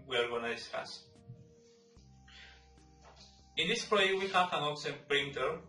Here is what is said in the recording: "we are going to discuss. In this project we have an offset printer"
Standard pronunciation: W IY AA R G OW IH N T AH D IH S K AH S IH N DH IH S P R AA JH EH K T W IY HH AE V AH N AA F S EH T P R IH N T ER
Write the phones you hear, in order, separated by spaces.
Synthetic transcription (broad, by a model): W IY AA R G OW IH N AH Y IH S AH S IH N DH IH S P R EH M W IY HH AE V AH N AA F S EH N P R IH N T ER